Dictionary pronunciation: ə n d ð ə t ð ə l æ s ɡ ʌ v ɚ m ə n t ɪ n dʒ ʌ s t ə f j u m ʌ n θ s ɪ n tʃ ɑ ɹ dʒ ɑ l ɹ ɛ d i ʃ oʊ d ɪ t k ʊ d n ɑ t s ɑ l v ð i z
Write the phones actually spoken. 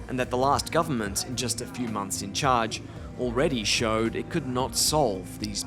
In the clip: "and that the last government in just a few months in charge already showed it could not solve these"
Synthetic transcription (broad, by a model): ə n ð ə t ð ə l æ s ɡ ʌ v ɚ m ə n t ɪ n dʒ ʌ s t ə f j u m ʌ n θ s ɪ n tʃ ɑ ɹ dʒ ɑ l ɹ ɛ d i ʃ oʊ d ɪ t k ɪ d n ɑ t s ɑ l v ð i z